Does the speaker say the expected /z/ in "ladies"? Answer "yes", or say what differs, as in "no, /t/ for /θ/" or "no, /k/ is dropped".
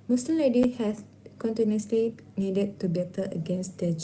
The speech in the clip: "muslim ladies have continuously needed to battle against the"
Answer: no, /z/ is dropped